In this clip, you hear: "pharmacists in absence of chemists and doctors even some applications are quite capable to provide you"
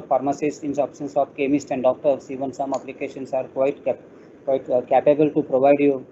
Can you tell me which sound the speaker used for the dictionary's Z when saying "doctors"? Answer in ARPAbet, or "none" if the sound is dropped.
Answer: S